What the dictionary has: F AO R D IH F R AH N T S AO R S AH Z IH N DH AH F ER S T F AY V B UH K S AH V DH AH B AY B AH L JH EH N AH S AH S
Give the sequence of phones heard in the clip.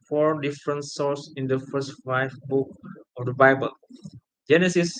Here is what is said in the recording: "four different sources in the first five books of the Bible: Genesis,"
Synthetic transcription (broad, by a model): F AO R D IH F R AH N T S AO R S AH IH N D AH F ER S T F AY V B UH K AH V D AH B AY B AH L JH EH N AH S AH S